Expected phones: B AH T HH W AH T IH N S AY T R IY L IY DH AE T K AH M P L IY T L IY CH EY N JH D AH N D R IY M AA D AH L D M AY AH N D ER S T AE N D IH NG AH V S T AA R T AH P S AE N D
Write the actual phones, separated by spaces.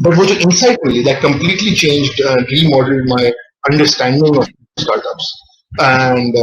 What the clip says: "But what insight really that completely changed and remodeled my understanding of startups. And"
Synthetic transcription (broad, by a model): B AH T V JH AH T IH N S AY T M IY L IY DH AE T K AH M P L IY T L IY CH EY N JH D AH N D R IY M AA D AH L D M AY AH N D ER S T AE N D IH NG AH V S T AA R T AH P S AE N D